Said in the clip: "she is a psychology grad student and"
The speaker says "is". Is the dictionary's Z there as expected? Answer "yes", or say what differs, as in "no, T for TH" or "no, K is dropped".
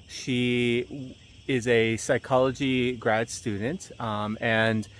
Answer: yes